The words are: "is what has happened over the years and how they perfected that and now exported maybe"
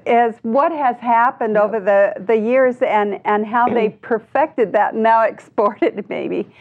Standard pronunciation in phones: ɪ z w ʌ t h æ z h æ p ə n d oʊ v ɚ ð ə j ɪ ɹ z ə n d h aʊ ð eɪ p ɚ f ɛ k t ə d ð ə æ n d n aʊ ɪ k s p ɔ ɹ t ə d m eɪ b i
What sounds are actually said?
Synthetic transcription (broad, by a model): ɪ z w ʌ t h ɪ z h æ p ə n d oʊ v ɚ ð ə j ɪ ɹ z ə n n h aʊ ð eɪ p ɚ f ɛ k t ə d ð ə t n aʊ ɪ k s p ɔ ɹ t ə d m eɪ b i